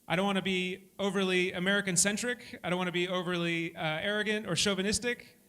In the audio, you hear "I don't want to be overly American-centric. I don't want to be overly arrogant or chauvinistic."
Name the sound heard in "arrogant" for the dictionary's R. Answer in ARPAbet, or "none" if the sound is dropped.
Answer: R